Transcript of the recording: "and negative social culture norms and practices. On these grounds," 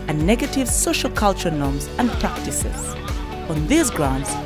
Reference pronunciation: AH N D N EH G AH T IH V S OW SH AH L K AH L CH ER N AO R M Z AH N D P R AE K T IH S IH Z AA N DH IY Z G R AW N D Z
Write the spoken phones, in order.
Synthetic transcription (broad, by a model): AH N N EH G AH T IH V S OW SH AH L K AH L CH ER N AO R M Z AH N P R AE K T IH S IH Z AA N DH IY Z G R AW N D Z